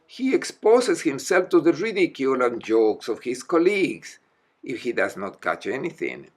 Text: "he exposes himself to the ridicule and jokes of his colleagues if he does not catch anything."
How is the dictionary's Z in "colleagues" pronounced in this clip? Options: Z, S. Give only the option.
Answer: S